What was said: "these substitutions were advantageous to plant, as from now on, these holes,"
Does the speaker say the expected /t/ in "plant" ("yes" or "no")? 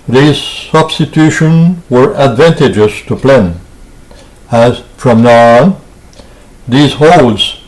no